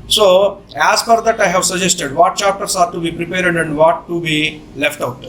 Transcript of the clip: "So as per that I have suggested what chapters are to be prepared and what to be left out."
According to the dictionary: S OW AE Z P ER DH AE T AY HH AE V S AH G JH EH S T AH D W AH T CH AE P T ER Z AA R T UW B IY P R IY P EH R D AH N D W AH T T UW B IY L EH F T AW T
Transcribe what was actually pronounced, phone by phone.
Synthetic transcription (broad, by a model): S OW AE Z F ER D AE T AY HH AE V S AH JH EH S T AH D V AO T CH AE P T ER S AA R T UW B IY P R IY P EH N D AH N D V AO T T UW B IY L EH F T AW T